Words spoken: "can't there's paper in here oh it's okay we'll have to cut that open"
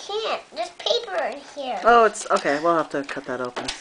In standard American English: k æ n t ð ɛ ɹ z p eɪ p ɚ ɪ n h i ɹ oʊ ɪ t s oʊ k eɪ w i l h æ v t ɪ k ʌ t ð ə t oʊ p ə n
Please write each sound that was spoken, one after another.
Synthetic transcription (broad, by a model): k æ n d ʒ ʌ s p eɪ p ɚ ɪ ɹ h i ɹ oʊ ɪ t s oʊ k eɪ w i l h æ f t ɪ k ʌ t ð ə t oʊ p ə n